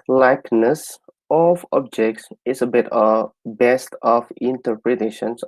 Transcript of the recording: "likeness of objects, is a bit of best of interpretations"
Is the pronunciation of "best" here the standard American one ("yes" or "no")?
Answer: yes